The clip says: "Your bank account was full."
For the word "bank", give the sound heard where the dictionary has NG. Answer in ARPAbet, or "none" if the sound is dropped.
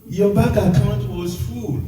none